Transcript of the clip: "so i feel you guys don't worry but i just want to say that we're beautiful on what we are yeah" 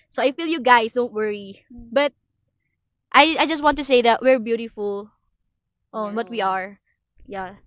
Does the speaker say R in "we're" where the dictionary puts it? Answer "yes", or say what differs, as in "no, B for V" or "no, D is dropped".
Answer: yes